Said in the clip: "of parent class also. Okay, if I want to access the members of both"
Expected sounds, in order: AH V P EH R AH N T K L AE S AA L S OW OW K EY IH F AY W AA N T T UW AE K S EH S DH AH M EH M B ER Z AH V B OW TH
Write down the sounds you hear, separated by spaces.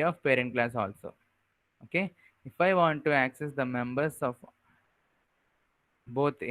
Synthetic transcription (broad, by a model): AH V P EH R AH N T K L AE S AA L S OW OW K EY IH F AY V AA N T T UW AE K S EH S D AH M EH M B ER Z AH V B OW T